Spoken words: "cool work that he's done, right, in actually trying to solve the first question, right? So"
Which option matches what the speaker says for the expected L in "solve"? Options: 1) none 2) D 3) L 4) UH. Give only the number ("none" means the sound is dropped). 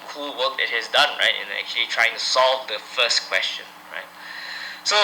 3